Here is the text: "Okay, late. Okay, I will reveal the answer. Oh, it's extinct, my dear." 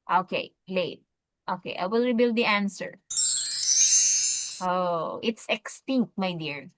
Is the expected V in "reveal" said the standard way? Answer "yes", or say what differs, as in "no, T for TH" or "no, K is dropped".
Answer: no, B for V